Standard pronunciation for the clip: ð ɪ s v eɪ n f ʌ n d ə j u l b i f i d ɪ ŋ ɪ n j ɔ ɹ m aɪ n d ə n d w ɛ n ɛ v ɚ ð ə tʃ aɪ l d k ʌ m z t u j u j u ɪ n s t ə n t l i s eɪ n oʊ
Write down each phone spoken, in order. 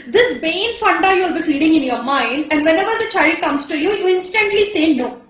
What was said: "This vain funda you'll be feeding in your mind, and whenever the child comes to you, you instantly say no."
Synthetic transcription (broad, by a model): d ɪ s b eɪ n f ʌ n d ə j u l b i f i d ɪ ŋ ɪ n j ɔ ɹ m aɪ n d ə n d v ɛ n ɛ v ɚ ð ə tʃ aɪ l d k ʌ m s t u j u j u ɪ n s t ə n t l i s eɪ n oʊ